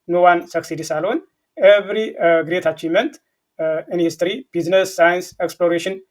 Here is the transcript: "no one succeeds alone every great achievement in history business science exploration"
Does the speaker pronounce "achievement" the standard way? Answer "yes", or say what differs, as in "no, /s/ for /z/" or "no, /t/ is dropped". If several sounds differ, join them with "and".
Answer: no, /v/ is dropped